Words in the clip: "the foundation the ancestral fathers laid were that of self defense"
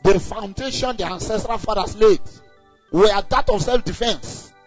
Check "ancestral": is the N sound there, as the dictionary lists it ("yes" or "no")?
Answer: yes